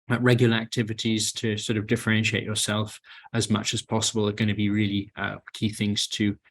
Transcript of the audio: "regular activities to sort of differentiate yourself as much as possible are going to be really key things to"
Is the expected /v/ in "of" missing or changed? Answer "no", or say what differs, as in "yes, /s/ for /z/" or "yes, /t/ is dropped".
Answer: no